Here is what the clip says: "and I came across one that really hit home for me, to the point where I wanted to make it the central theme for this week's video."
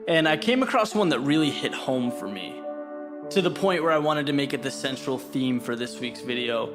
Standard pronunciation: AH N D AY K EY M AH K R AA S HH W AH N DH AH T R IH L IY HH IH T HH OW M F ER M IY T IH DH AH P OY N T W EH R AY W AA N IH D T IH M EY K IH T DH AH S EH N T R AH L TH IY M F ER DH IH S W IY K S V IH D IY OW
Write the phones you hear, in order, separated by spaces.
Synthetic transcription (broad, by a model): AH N AY K EY M AH K R AA S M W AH N DH AH T R IH L IY HH IH T HH OW M F ER M IY T IH DH AH P OY N T W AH R AY W AA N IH D T IH M EY K IH T DH AH S EH N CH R L TH IY M F ER DH IH S W IY K S V IH D IY OW